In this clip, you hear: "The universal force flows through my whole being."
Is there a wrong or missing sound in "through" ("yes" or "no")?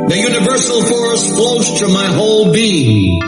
yes